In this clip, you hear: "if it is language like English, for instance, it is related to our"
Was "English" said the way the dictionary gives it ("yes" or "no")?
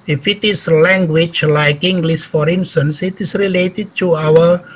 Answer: no